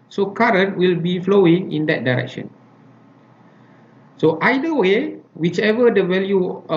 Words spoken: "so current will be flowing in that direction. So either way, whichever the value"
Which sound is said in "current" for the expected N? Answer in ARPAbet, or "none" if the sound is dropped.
N